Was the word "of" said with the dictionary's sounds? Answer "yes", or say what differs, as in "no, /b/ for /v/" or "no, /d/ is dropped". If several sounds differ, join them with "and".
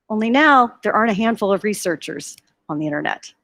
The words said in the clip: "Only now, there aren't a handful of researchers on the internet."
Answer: yes